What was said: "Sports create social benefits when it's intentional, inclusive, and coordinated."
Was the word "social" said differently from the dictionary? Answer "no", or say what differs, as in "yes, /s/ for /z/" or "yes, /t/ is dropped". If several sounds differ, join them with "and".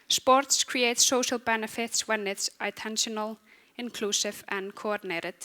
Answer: no